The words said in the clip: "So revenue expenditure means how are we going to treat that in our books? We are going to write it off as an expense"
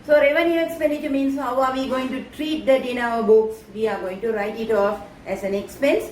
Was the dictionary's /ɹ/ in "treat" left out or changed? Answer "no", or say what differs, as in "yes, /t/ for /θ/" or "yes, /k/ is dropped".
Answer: no